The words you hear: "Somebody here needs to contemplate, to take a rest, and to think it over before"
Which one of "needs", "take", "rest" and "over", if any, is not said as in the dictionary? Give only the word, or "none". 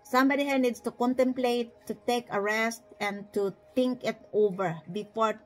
needs